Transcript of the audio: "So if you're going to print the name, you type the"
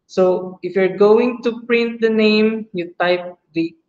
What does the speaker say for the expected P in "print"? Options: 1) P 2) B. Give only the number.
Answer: 1